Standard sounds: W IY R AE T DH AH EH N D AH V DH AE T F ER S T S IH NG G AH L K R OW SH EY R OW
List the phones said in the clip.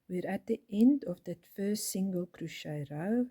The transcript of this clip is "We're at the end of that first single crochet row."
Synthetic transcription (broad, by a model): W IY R AE T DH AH EH N D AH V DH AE T F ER S T S IH NG G AH L K R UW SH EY R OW